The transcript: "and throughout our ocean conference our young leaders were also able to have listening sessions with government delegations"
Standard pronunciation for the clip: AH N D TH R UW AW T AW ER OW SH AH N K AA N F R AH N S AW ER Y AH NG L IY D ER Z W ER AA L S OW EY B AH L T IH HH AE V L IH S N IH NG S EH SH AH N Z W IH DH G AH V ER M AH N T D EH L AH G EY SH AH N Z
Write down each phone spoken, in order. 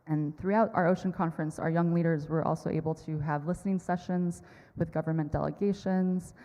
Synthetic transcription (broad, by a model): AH N TH R UW AW T AW ER OW SH AH N K AA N F R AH N S AW ER Y AH NG L IY D ER Z W ER AA L S OW EY B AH L T IH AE V L IH S N IH NG S EH SH AH N Z W IH DH G AH V ER M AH N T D EH L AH G EY SH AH N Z